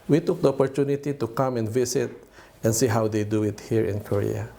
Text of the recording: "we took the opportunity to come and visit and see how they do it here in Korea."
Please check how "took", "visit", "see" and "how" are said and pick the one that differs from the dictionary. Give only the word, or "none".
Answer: visit